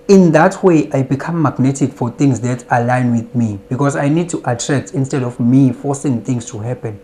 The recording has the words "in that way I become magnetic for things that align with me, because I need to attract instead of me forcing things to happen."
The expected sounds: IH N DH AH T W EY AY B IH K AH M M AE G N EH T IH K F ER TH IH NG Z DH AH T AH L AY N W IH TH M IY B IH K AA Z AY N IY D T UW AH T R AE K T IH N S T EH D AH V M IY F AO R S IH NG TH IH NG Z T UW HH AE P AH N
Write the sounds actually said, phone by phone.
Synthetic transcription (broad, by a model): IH N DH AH T W EY AY B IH K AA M M AE G N EH T IH K F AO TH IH NG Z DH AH T AH L AY N W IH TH M IY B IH K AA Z AY N IY D T UW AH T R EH K T IH N S T EH D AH F M IY F AO S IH NG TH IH NG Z T UW HH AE P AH N